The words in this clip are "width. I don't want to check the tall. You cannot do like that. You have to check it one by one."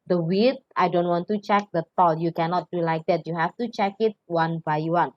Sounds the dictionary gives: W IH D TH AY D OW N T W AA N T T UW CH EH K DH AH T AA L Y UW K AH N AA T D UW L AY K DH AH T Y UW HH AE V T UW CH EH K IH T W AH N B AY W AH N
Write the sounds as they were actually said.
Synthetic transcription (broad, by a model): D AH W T AY D OW N T W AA N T T UW CH EH K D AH T AA L Y UW K AH N AA T D UW L AY K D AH T Y UW HH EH F T UW CH EH K IH T W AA N B AY W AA N